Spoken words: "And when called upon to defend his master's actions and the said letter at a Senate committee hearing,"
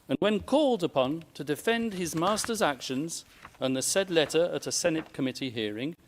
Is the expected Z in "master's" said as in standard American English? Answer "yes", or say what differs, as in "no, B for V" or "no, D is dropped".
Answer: yes